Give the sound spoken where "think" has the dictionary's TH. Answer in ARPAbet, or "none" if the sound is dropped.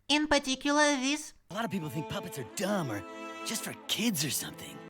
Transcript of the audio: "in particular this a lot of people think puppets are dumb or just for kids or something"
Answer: TH